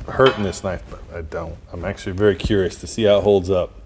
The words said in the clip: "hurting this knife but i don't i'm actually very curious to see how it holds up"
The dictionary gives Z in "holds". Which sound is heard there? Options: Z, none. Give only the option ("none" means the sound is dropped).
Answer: Z